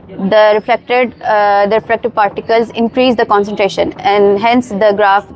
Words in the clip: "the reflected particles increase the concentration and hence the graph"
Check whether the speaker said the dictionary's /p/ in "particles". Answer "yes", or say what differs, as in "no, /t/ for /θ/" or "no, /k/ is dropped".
yes